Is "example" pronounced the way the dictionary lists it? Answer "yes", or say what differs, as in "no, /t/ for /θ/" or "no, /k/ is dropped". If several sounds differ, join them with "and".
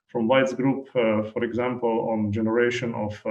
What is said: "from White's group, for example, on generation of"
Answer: yes